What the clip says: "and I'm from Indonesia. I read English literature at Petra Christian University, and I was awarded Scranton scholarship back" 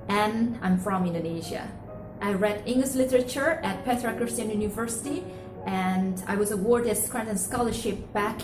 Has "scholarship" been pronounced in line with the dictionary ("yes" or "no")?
yes